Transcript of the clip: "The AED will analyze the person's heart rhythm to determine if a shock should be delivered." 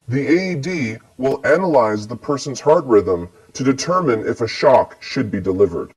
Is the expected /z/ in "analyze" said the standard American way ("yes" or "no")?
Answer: yes